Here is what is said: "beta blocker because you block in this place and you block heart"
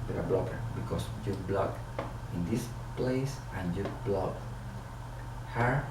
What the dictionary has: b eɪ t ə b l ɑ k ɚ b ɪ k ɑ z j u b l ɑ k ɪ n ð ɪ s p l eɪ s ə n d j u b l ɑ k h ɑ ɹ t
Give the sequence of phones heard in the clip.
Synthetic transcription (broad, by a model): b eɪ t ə b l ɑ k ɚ b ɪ k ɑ s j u b l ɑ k ɪ n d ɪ s p l eɪ s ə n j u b l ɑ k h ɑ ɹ